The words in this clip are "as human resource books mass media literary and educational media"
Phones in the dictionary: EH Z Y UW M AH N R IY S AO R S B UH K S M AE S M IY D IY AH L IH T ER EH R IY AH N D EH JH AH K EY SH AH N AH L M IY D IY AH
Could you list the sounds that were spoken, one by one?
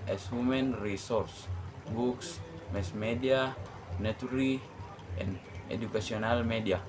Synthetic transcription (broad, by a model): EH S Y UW M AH N R IY S AO R S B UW K S M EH S M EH D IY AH N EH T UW R IY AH N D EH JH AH K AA S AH N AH L M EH D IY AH